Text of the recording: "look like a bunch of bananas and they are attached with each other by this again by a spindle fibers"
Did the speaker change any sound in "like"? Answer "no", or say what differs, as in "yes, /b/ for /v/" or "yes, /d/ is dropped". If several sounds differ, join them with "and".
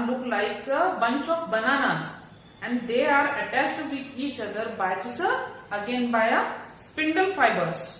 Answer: no